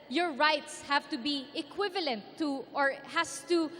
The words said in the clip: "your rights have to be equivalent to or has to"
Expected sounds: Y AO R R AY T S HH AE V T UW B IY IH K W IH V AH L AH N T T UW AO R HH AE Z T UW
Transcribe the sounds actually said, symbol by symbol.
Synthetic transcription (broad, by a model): Y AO R R AY T S HH AE V T UW B IY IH K W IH V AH L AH N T T UW AO R HH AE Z T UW